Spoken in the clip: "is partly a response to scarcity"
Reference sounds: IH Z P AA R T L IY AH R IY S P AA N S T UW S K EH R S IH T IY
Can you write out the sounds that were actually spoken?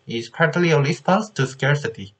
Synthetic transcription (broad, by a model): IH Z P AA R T L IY AH L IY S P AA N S T UW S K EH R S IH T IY